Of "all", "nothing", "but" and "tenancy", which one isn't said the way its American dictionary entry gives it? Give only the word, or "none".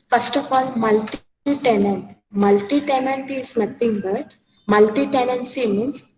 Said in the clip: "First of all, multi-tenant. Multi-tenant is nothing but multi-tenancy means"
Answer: nothing